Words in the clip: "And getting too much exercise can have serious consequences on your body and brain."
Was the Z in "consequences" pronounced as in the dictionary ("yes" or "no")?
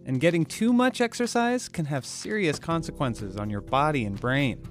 yes